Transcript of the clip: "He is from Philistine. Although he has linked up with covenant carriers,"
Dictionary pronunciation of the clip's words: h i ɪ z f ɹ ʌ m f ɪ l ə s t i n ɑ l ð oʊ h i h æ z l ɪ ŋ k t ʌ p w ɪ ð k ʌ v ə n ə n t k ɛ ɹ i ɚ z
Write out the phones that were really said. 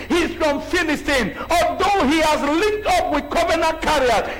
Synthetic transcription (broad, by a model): h i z f ɹ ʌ m f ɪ n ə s t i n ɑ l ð oʊ h i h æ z l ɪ k t ʌ p w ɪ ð k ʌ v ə n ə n k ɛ ɹ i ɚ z